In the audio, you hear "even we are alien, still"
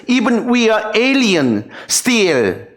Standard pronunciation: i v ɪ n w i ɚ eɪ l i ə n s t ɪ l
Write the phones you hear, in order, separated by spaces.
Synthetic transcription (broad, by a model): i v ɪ n w i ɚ eɪ l i ə n s t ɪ l